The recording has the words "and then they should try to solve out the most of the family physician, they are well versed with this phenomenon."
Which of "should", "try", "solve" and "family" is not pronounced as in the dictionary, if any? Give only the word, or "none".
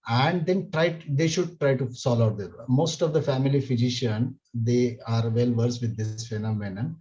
solve